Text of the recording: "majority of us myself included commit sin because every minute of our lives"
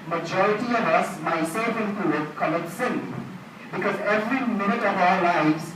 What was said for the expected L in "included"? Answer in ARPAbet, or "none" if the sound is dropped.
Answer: none